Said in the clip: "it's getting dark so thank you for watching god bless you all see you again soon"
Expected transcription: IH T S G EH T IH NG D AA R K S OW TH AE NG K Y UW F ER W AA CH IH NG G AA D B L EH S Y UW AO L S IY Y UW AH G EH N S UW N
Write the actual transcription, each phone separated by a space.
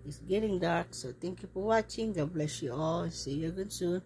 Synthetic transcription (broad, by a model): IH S G EH T IH NG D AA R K S OW T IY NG K Y UW P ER W AA CH IH NG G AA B L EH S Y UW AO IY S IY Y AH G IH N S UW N